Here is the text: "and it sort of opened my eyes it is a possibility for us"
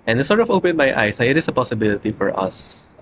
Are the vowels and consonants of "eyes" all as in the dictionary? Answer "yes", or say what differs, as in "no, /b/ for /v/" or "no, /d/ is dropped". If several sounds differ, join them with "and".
no, /s/ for /z/